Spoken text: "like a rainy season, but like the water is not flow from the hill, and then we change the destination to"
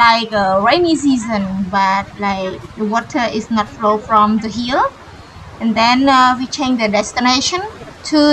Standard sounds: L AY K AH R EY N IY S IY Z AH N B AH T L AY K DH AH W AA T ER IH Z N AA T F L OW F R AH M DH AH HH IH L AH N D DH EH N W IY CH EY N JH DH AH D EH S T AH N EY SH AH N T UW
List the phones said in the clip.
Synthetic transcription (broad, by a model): AY K AH R EY N IY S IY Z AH N B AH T L AY K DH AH W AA T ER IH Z N AA T F L OW F R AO M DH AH HH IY L AH N D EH N W IY CH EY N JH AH D EH S T AH N EY SH AH N T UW